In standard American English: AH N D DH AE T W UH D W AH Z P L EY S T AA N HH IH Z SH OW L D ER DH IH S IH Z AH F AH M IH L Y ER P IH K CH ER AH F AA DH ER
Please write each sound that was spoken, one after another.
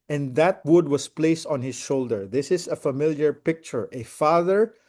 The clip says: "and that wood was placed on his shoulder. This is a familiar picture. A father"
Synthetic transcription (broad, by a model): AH N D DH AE T W UH D W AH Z P L EY S T AA N HH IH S SH OW L D ER DH IH S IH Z AH F AH M IH L Y ER P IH K CH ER AH F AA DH ER